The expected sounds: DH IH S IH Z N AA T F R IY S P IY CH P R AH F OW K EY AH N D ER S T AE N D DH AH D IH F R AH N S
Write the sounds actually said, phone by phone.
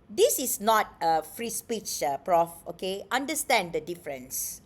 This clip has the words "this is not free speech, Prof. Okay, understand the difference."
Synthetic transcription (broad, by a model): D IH S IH S N AA T F R IY S P IY CH P R AH F OW K EY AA N D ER S T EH N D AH D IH F R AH N S